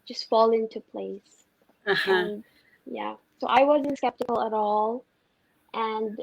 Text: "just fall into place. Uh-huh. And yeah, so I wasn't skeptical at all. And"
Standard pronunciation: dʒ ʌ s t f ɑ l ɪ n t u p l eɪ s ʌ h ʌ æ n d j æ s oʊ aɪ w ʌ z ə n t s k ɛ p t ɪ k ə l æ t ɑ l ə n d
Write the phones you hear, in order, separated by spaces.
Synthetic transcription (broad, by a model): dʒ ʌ s t f ɑ l ɪ n t u p l eɪ s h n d j æ s oʊ aɪ w ʌ z ə n t s k ɛ p t ɪ k ə l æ t ɑ l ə n d